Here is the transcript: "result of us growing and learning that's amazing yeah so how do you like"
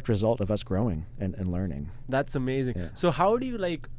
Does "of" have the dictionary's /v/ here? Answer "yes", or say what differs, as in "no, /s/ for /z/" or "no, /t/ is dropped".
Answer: yes